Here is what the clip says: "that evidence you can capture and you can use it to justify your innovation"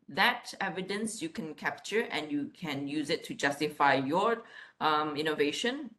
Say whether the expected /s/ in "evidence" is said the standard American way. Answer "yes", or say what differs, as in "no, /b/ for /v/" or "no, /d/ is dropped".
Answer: yes